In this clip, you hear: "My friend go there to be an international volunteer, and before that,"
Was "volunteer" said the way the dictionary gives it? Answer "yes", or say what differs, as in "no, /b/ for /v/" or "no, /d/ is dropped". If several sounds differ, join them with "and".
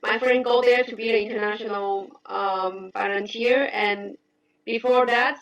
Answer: no, /n/ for /l/